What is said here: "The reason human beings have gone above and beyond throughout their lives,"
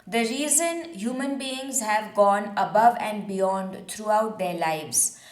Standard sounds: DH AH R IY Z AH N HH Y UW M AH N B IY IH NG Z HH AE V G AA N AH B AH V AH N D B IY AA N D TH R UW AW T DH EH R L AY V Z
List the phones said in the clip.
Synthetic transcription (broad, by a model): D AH R IY Z AH N HH Y UW M AH N B IY IH NG Z HH AE V G AA N AH B AH V AH N D B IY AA N D T R UW AW T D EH R L AY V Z